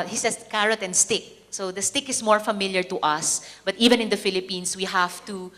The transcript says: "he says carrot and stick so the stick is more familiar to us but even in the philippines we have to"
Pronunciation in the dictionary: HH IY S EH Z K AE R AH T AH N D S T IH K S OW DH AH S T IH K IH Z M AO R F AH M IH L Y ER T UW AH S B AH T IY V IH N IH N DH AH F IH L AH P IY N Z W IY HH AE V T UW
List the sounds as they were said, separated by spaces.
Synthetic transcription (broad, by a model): HH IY S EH S K AE R AH T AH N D S T IH K S OW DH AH S T IH K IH S M AO R F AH M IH L Y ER T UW AH S B AH T IY V IH N IH N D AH F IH L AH P IY N S W IY HH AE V T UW